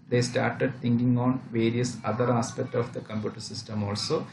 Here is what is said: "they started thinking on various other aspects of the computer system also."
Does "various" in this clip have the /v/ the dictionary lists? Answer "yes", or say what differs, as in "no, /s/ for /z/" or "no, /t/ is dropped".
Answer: yes